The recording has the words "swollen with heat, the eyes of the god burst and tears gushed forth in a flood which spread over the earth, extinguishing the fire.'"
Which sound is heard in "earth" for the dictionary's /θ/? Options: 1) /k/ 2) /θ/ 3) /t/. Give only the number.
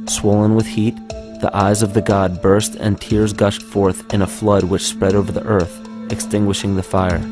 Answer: 2